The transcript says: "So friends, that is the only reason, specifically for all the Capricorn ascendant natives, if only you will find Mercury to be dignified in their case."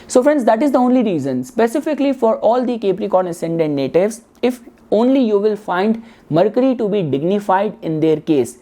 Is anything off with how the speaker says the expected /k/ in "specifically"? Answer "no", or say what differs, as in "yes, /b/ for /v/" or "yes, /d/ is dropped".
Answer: no